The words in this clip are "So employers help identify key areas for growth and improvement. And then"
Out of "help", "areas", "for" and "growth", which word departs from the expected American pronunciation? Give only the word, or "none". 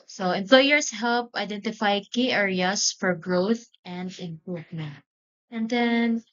areas